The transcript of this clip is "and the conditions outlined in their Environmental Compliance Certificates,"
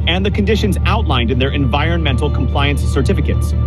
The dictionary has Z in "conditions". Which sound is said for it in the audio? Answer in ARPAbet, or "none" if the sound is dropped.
Z